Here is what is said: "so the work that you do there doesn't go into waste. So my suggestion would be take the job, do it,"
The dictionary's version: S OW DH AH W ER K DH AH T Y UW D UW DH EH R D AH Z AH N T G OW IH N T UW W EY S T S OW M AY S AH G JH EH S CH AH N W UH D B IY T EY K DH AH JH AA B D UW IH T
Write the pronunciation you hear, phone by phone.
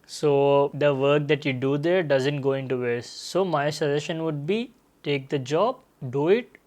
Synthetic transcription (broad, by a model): S OW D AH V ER K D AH T Y UW D UW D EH R D AH Z AH N T G OW IH N T UW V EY T S OW M AY S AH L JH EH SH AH N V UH D B IY T EY K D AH JH AA B D UW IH T